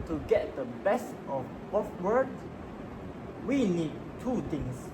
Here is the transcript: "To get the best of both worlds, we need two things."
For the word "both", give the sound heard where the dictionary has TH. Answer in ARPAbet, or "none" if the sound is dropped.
F